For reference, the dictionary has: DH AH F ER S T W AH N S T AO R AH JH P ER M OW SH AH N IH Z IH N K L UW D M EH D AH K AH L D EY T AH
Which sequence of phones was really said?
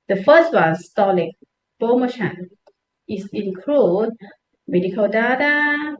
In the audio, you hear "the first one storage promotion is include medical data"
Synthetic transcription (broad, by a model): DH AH F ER S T W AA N S T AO L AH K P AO M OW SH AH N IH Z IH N K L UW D M EH D AH K AH L D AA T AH